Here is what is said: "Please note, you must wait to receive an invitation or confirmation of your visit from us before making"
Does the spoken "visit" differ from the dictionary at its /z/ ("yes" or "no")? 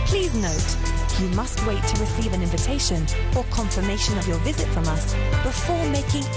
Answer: no